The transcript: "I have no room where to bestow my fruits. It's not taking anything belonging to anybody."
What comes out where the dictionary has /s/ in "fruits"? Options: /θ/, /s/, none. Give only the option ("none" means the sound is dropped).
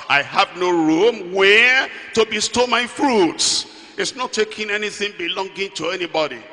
/s/